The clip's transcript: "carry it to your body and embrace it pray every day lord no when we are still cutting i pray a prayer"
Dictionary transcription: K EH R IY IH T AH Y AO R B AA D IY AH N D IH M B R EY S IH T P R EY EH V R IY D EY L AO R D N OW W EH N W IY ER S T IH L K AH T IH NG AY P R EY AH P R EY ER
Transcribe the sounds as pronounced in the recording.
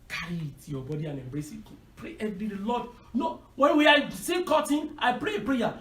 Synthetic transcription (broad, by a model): K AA R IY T Y AO B AA D IY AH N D IH M B R EY S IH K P R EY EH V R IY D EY L AO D N OW W EH N W IY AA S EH K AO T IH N AY P R EY AH P R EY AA